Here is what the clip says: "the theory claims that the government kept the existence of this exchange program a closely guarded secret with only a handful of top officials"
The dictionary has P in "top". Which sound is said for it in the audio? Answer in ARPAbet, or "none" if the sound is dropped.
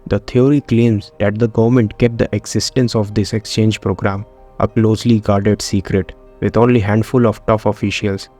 F